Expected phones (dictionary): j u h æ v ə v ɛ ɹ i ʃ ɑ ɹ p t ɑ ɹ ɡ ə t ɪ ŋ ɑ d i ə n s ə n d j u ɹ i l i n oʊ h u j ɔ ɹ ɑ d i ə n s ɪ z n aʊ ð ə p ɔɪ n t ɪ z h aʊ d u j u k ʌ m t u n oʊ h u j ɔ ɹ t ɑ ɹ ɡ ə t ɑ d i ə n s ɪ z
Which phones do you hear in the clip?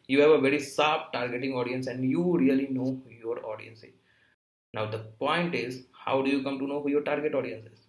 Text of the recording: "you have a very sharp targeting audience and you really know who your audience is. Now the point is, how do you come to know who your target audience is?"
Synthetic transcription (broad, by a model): j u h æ v ə v ɛ ɹ i s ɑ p t ɑ ɹ ɡ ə t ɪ ŋ ɑ d i ə n s ə n d j u ɹ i l i n oʊ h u j ɔ ɹ ɑ d i ə n s ɪ z n aʊ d ə p ɔɪ n t ɪ z h aʊ d u j u k ʌ m t u n oʊ h u j ɔ ɹ t ɑ ɹ ɡ ə t ɑ d i ə n s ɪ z